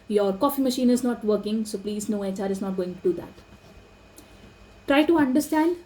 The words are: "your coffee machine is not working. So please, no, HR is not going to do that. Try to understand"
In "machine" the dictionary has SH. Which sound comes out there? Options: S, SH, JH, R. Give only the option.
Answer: SH